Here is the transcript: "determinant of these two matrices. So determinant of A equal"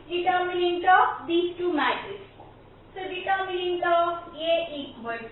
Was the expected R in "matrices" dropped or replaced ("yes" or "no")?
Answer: yes